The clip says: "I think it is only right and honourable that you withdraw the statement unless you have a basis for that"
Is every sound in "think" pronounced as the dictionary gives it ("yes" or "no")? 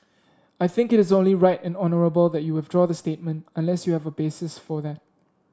yes